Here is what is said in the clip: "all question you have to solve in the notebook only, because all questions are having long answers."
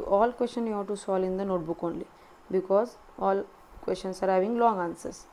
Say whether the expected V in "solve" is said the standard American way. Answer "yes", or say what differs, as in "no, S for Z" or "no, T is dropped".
no, V is dropped